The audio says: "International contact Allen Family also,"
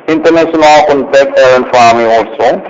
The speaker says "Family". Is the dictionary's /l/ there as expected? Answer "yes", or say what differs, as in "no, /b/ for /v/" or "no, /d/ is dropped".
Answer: no, /l/ is dropped